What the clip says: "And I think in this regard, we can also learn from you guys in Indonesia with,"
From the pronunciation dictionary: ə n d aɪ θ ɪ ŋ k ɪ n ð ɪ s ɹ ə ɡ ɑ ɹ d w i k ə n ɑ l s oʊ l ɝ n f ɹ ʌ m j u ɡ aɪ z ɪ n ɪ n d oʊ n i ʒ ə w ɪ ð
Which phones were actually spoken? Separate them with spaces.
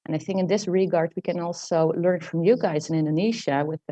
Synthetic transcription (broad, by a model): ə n aɪ θ ɪ ŋ k ɪ n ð ɪ s ɹ ə ɡ ɑ ɹ d w i k ə n ɑ l s oʊ l ɝ n f ɹ ʌ m j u ɡ aɪ z ɪ n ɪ n d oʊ n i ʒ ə w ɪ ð